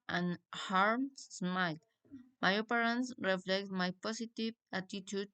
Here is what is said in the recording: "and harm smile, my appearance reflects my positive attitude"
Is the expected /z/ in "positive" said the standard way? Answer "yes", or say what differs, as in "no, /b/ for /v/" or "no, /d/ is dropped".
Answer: no, /s/ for /z/